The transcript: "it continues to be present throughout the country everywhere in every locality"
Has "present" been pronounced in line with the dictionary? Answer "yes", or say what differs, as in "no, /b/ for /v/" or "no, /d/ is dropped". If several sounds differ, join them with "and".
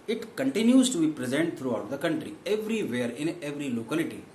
yes